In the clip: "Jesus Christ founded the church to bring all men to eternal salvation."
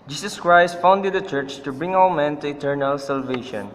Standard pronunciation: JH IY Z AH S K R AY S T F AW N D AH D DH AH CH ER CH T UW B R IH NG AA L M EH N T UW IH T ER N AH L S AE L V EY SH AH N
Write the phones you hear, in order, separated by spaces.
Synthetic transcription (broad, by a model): JH IY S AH S K R AY S T F AW N D AH D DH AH CH ER CH T UW B R IH NG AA W M EH N T UW IH T ER N AH L S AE L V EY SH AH N